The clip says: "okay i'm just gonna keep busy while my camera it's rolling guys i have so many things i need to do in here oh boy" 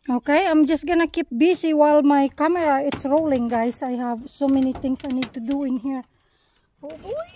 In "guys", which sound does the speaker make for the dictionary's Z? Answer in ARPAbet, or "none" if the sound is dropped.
S